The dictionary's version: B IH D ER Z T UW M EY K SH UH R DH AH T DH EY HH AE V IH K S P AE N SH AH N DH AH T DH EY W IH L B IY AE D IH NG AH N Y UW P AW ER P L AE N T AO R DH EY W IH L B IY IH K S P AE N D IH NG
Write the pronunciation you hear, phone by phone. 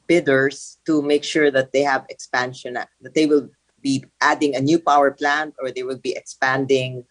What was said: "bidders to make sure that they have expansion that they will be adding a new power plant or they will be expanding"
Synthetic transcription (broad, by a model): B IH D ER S T UW M EY K SH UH R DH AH T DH EY HH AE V IH K S P AE N SH AH N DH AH T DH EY W IH L B IY AE D IH NG AH N Y UW P AW ER P L AE N T AO R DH EY W IH L B IY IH K S P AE N D IH NG